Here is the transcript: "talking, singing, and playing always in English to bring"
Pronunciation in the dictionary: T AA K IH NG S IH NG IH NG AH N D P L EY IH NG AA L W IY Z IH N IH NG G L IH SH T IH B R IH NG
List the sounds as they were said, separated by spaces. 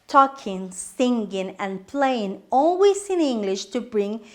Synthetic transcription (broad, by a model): T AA K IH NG S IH NG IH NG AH N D P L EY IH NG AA L W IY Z IH N IH NG G L IH SH T IH B R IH NG